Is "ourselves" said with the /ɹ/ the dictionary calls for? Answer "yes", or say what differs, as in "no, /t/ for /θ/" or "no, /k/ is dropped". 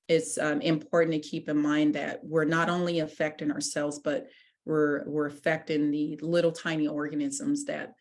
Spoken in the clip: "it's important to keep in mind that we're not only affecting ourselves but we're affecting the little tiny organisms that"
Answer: yes